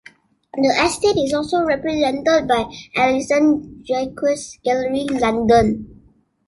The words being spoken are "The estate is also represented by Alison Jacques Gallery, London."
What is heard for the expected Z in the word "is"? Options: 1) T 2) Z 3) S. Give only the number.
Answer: 3